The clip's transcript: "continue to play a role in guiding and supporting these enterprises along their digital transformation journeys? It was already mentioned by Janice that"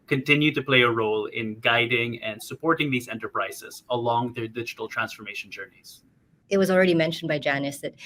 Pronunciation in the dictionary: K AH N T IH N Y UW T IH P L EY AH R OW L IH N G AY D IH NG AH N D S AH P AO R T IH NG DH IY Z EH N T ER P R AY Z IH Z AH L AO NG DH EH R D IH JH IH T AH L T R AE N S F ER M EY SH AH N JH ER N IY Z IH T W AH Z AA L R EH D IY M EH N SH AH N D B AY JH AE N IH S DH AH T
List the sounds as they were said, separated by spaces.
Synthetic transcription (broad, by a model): K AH N T IH N Y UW T IH P L EY AH R OW L IH N G AY D IH NG AH N D S AH P AO R T IH NG DH IY Z EH N T ER P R AY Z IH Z AH L AO NG DH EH R D IH JH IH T L T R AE N S F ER M EY SH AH N JH ER N IY Z IH T W AH Z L R EH D IY M EH N SH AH N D B AY JH AE N IH S DH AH T